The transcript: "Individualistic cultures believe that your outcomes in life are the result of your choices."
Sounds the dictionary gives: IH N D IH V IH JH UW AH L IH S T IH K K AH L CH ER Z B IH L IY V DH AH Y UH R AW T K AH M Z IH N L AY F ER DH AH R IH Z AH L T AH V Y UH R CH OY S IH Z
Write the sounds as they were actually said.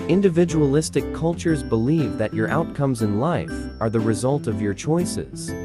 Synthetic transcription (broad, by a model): IH N D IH V IH JH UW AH L IH S T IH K K AH L CH ER Z B IH L IY V DH AH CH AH R AW T K AH M Z IH N L AY F ER DH AH R IH Z AH L T AH V Y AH R CH OY S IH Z